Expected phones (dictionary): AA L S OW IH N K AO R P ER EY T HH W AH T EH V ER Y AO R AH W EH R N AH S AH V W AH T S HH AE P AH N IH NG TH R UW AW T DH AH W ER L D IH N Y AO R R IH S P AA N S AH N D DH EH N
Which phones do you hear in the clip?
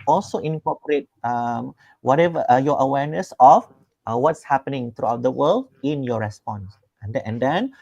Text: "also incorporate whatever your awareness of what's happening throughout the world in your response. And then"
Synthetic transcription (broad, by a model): AA L S OW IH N K AO P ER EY T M W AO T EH V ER Y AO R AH W EH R N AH S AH F W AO T S HH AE P AH N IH NG T R UW AW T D AH W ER L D IH N Y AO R R IH S P AA N S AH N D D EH N